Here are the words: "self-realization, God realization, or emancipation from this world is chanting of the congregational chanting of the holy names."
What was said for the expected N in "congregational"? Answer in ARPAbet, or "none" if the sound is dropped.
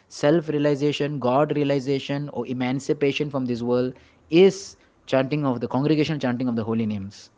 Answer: none